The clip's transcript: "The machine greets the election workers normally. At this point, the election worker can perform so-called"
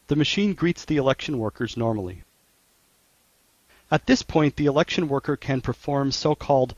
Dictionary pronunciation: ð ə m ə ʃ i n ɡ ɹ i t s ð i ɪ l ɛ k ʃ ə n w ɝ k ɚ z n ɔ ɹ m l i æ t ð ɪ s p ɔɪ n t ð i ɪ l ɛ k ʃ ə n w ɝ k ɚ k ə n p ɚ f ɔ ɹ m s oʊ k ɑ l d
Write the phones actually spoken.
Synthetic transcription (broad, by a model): ð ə m ə ʃ i n ɡ ɹ i t s ð i ɪ l ɛ k ʃ ə n w ɝ k ɚ z n ɔ ɹ m l i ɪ t ð ɪ s p ɔɪ n ð i ɪ l ɛ k ʃ ə n w ɝ k ɚ k ə n p ɚ f ɔ ɹ m s oʊ k ɑ l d